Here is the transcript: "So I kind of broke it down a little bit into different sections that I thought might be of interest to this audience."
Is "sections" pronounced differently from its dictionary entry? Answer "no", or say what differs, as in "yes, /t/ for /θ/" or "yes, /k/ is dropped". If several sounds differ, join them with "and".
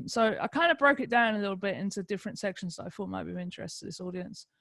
no